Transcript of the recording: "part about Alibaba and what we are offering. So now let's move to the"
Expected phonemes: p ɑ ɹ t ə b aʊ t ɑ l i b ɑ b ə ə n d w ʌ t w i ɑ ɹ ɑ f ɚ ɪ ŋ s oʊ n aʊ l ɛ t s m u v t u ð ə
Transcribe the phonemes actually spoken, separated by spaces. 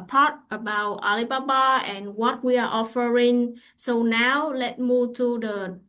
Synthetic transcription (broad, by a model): p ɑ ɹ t ə b aʊ t ɑ l i b ɑ b ə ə n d w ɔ t w i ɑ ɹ ɑ f ɚ ɪ ŋ s oʊ n aʊ l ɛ t m u v t u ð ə